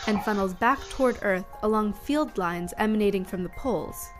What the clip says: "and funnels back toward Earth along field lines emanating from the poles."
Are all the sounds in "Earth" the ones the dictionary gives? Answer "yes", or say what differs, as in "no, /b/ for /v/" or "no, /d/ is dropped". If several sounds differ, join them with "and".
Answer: yes